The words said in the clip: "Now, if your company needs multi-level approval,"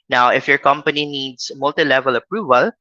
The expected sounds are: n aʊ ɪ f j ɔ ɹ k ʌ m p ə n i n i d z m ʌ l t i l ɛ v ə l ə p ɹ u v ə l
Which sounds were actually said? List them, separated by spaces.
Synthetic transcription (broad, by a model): n aʊ ɪ f j ɔ ɹ k ʌ m p ə n i n i d s m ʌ l t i l ɛ v ə l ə p ɹ u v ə l